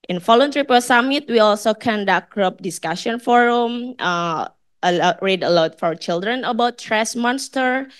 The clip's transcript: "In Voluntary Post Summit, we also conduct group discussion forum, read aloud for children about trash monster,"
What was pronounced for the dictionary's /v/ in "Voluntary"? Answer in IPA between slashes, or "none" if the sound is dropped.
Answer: /f/